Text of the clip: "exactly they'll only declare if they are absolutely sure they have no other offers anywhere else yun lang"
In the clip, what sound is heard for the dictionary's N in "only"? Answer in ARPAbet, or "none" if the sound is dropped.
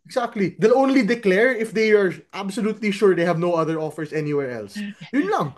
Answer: N